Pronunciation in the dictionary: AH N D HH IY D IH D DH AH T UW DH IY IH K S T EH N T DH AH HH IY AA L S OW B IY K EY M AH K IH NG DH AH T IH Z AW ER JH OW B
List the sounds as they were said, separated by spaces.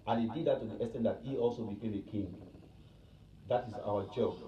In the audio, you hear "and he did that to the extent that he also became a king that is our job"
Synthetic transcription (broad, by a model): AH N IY D IH D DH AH T UW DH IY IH S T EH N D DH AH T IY AA L S OW B IY K EY M AH K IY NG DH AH T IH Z AW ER JH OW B